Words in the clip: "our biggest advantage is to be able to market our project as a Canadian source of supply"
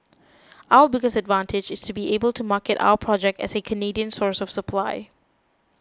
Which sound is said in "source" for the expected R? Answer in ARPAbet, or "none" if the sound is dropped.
R